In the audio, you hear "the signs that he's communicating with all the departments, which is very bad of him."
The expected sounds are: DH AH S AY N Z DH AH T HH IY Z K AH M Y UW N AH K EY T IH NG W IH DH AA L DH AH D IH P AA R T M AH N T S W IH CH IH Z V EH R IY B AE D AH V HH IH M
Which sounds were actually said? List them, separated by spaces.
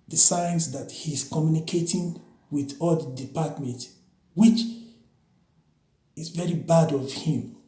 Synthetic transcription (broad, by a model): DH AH S AY N S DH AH T HH IY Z K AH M Y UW N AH K EY T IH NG W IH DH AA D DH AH D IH P AA T M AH N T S W IH CH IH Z V EH R IY B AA D AH V HH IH M